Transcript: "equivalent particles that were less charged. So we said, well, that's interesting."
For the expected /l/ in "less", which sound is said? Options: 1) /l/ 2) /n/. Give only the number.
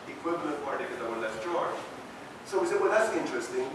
2